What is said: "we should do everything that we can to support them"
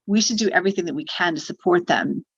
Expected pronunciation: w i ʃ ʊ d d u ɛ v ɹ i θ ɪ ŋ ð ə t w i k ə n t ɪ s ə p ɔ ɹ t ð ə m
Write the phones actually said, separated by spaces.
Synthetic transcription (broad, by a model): w i ʃ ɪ d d ɛ v ɹ i θ ɪ ŋ ð ə t w i k ə n t ɪ s ə p ɔ ɹ t ð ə m